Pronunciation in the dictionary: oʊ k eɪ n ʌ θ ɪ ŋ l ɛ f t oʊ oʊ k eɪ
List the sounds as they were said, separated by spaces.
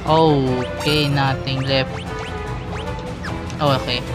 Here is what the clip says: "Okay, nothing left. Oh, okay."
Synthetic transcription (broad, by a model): oʊ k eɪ n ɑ t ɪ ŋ l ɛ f t oʊ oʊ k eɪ